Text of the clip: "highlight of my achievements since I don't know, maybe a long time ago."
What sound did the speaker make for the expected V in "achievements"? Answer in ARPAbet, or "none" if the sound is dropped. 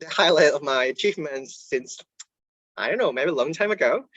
F